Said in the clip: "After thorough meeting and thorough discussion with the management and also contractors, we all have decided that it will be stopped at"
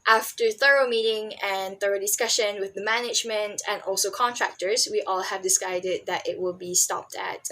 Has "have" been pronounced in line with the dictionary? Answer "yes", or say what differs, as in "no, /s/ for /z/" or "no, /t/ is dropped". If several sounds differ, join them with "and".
yes